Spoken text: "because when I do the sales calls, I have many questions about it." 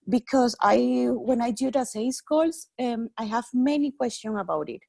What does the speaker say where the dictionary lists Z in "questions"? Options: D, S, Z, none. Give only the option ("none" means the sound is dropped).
none